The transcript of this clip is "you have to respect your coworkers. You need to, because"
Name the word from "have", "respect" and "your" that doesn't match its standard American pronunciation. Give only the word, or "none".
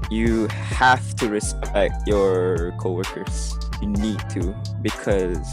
have